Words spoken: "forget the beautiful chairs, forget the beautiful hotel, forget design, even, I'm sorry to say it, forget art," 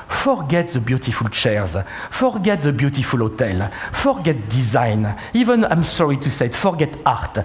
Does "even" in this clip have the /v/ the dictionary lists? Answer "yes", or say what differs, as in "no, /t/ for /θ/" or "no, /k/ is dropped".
yes